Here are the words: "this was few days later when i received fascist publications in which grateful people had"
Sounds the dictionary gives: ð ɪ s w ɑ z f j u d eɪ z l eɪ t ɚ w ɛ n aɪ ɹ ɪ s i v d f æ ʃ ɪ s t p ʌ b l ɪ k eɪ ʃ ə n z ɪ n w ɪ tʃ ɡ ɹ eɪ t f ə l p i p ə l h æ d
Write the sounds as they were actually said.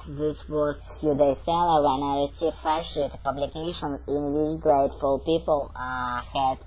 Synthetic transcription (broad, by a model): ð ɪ s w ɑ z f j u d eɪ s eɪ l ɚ w ɛ n aɪ ɹ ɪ s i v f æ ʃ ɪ t p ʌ b l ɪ k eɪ ʃ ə n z ɪ n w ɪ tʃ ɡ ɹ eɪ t f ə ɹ p i p ə l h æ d